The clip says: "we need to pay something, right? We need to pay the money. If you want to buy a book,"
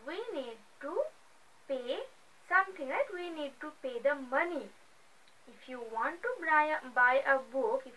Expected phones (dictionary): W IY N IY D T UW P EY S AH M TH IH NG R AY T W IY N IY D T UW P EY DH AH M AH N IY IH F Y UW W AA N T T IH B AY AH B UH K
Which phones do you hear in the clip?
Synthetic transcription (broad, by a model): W IY N IY D T UW P EY S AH M T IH NG L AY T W IY N IY D T UW P EY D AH M AH N IY IH F Y UW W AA N T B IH B AY AH B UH K